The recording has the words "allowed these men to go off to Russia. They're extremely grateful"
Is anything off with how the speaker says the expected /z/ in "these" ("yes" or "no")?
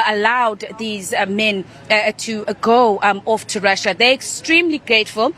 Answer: no